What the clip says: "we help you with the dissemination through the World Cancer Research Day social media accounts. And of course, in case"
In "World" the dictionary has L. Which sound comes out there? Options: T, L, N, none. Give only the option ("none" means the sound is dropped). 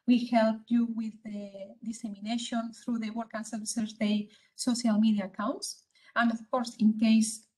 none